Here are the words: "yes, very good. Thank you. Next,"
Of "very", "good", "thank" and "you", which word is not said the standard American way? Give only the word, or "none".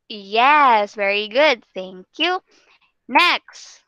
none